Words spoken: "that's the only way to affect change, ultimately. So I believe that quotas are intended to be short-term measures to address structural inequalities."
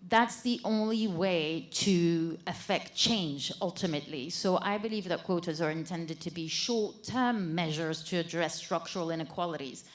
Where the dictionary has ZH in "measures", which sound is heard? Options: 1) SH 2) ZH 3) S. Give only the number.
2